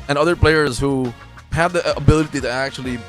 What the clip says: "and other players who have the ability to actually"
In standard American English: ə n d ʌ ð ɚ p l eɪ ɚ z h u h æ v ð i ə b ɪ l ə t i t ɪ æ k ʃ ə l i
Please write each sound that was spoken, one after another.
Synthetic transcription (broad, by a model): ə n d ʌ ð ɚ p l eɪ ɚ z h u h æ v ð i ə b ɪ l ə t i t ɪ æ k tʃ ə l i